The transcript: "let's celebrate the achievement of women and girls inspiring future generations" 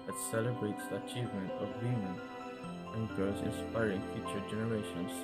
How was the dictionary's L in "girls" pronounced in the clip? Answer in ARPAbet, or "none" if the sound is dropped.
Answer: none